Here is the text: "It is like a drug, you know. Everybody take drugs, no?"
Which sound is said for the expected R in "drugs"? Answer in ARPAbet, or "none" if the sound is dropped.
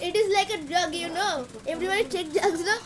none